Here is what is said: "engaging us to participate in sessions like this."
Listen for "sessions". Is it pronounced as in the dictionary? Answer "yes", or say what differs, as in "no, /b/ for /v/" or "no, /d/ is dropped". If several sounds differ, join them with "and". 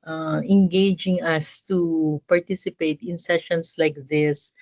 no, /s/ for /z/